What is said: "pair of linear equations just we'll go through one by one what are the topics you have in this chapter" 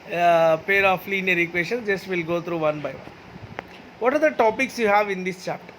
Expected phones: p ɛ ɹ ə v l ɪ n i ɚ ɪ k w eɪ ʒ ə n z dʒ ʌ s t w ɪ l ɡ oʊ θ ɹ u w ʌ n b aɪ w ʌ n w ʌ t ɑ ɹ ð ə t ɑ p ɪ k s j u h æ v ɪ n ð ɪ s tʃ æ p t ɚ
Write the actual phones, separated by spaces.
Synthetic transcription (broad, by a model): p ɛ ɹ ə f l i n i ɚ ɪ k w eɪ ʃ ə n dʒ ʌ s t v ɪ l ɡ oʊ t ɹ u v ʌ n b aɪ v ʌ n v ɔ t ɑ ɹ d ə t ɑ p ɪ k s j u h æ v ɪ n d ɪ s tʃ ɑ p t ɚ